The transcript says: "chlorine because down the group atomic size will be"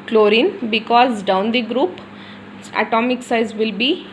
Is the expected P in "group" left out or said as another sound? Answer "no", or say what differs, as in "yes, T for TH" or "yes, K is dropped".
no